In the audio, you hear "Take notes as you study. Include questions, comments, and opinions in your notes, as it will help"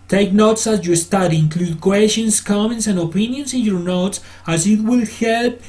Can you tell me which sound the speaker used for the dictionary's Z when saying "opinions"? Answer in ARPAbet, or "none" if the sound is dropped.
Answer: S